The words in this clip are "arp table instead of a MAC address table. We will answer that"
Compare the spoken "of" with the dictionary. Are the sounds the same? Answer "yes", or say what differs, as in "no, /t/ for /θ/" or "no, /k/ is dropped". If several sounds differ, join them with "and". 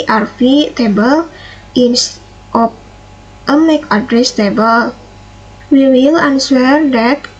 no, /p/ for /v/